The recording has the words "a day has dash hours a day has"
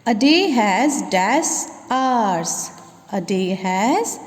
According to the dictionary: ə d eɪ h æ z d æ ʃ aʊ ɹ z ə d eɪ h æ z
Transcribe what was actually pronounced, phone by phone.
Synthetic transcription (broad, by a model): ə d eɪ h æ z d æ s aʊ ɹ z ə d eɪ h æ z